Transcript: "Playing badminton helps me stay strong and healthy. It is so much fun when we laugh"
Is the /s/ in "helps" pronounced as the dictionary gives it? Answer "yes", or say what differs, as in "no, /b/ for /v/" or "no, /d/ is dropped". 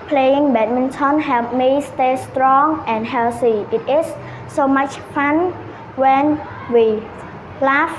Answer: no, /s/ is dropped